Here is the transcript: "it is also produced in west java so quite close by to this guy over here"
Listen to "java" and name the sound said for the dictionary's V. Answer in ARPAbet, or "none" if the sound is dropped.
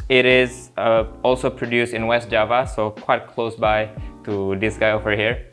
V